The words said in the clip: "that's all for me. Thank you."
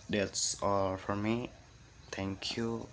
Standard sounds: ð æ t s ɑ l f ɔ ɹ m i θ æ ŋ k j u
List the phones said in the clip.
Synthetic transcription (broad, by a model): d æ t s ɑ l f ɔ ɹ m i t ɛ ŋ k j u